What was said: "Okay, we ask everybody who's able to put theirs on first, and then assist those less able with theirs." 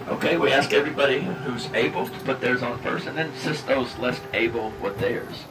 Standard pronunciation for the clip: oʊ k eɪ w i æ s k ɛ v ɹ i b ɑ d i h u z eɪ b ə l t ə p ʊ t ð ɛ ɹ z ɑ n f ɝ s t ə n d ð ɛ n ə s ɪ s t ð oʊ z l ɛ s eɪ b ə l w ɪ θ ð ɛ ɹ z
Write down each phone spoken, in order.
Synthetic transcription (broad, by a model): oʊ k eɪ w i æ s k ɛ v ɹ i b ɑ d i h u z eɪ b l t ə p ʊ t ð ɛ ɹ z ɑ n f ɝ s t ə n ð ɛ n s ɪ s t ð oʊ z l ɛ s eɪ b l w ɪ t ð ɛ ɹ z